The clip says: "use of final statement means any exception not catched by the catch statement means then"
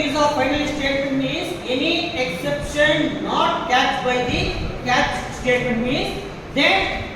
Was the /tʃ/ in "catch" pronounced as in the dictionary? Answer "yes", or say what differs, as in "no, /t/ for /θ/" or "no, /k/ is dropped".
no, /s/ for /tʃ/